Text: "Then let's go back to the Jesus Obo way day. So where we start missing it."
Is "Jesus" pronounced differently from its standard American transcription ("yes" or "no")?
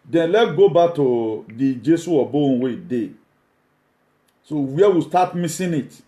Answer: yes